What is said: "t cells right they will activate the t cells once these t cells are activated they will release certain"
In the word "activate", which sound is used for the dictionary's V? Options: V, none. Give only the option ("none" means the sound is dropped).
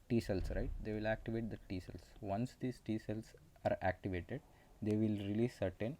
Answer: V